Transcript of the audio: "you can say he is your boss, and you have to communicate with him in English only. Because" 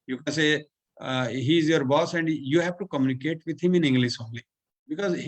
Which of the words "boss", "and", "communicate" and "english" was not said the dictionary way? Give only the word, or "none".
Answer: english